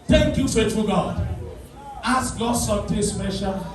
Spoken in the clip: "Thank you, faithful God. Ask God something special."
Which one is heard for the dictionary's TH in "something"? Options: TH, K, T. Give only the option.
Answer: T